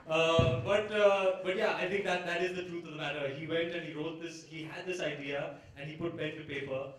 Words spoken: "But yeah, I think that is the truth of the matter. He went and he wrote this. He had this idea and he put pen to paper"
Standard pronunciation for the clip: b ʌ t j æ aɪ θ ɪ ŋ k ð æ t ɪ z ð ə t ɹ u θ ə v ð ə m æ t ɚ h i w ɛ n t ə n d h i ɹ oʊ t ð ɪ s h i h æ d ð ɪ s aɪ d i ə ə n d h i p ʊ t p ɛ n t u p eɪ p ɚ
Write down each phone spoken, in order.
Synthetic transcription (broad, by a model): b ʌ t j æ aɪ t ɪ ŋ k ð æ t ɪ z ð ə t ɹ u t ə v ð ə m æ t ɚ h i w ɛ n t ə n h i ɹ oʊ t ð ɪ s h i h æ d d ɪ s aɪ d i ə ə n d h i p ʊ t b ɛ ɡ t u p eɪ p ɚ